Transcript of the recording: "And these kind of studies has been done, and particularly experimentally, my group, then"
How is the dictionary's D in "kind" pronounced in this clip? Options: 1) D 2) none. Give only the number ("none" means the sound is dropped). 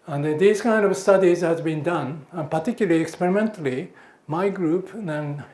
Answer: 1